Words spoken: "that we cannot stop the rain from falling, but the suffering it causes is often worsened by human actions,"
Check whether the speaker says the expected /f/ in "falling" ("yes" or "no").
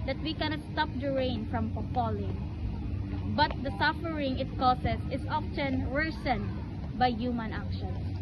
no